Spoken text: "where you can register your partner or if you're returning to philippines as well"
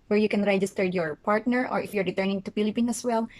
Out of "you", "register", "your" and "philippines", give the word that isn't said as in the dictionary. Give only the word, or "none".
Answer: philippines